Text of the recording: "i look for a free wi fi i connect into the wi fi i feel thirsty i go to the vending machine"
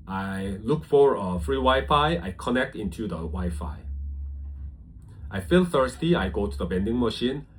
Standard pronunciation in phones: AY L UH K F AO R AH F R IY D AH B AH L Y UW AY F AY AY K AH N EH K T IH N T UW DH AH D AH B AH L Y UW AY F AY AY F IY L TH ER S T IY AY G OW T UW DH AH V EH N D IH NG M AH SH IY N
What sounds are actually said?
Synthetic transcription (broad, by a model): AY L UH K F AO R AH F R IY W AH Y F AY AY K AH N EH K T IH N T UW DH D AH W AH Y F AY AY F IY L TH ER S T IY AY G OW T UW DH AH B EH N D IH NG M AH SH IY N